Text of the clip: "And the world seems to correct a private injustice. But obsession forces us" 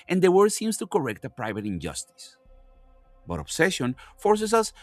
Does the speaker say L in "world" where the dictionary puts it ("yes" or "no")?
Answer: no